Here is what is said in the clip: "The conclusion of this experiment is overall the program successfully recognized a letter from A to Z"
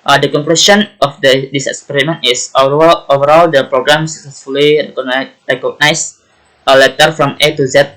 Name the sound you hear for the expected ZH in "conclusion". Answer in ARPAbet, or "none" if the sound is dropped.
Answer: S